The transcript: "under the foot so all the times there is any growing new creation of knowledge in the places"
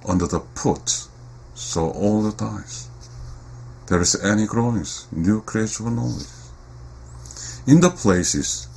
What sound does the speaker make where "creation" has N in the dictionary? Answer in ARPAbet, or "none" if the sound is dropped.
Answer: none